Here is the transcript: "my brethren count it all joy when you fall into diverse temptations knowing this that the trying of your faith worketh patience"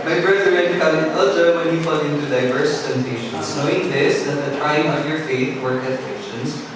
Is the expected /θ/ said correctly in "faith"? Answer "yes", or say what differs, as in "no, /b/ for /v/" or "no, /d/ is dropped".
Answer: yes